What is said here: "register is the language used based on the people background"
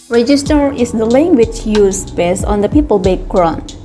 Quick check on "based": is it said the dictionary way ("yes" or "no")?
no